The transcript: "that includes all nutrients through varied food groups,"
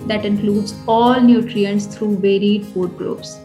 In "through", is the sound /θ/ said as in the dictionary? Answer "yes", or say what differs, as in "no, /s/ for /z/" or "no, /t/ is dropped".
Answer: no, /t/ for /θ/